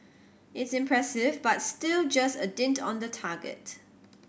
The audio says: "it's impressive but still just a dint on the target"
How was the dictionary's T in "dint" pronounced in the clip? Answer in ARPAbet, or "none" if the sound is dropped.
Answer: T